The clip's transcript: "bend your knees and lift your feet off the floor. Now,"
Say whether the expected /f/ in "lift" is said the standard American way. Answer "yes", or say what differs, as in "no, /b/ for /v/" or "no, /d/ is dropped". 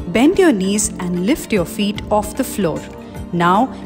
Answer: yes